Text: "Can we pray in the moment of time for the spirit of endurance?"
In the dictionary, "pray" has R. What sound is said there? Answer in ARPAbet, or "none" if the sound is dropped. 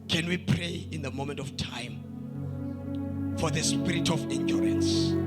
R